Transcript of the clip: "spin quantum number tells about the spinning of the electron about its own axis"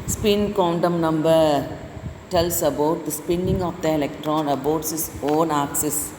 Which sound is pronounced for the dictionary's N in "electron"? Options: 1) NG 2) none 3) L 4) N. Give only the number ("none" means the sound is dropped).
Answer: 4